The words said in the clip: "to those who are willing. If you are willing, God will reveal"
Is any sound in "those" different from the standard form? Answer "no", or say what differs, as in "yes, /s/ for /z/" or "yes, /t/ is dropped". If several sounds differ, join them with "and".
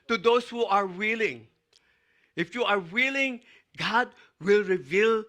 yes, /s/ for /z/